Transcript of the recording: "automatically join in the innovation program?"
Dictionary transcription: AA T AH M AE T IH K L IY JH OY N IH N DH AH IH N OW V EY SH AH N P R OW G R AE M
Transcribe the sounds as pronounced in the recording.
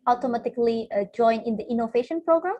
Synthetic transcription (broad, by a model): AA T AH M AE T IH K L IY JH OY N IH N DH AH IH N OW V EY SH AH N P R OW G R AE M